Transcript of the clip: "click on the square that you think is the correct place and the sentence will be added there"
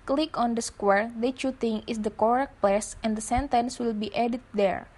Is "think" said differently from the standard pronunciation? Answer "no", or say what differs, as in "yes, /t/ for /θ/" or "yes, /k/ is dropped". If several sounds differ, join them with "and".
yes, /t/ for /θ/ and /k/ is dropped